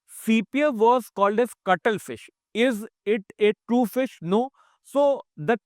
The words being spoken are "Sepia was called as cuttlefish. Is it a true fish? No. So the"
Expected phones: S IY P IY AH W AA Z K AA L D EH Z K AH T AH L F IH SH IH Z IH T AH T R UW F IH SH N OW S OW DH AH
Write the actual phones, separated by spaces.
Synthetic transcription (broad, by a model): S IY P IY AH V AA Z K AA L D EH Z K AH T AH L F IH SH IH Z IH T AH T R UW F IH SH N OW S OW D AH